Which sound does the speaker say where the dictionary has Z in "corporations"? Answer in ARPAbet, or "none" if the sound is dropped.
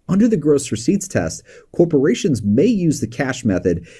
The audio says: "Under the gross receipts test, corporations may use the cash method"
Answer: Z